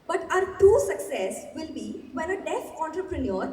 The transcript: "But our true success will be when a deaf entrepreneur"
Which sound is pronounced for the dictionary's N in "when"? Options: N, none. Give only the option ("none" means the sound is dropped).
none